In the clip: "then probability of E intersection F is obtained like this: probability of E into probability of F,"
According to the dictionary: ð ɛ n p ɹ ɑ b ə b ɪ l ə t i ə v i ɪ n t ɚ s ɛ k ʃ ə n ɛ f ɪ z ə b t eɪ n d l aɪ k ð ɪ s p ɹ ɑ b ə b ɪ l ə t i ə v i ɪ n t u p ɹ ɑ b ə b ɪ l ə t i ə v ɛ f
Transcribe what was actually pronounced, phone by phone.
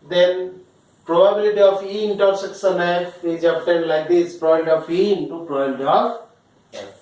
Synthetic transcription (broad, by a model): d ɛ n p ɹ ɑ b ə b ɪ l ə t i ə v i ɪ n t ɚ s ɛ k s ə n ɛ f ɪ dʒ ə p t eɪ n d l aɪ k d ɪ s p ɹ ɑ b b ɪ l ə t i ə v i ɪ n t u p ɹ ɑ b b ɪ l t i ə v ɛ